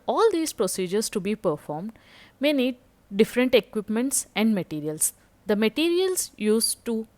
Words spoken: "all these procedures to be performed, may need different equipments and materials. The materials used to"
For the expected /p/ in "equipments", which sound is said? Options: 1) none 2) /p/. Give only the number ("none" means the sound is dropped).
2